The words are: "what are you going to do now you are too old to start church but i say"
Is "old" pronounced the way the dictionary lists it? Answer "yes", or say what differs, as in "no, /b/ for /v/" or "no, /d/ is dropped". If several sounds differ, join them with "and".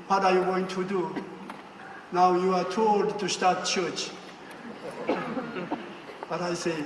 yes